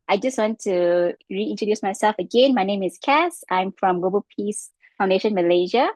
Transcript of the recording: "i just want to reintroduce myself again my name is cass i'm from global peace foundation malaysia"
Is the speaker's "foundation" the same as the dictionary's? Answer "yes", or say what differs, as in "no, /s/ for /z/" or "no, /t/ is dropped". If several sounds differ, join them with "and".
yes